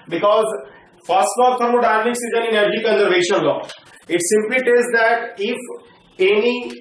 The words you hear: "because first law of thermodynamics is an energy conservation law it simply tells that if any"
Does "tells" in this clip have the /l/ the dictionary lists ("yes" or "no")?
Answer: no